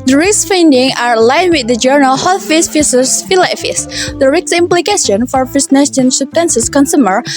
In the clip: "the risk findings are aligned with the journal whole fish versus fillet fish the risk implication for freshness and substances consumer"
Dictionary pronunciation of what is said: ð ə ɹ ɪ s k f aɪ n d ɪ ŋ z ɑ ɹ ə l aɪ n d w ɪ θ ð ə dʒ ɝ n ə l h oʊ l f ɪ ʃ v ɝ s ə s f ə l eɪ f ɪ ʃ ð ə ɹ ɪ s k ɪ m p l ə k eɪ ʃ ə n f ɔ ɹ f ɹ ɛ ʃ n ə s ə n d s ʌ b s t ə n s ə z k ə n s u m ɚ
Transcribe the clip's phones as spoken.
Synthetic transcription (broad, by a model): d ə ɹ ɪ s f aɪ n d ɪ ŋ ɑ ɹ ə l aɪ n w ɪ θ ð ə dʒ ɝ n ə l h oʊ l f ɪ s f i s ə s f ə l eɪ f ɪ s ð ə ɹ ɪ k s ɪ m p l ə k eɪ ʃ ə n f ɔ ɹ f ɛ s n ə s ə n s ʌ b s t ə n s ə s k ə n s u m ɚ